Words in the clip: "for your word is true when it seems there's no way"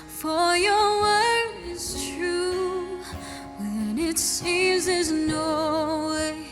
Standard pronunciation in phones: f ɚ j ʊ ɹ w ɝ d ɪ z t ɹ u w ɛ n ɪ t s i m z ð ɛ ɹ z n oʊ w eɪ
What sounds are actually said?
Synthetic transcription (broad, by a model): f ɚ j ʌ ɹ w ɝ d ɪ z t ɹ u w ɛ n ɪ t s i m z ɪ z n oʊ w eɪ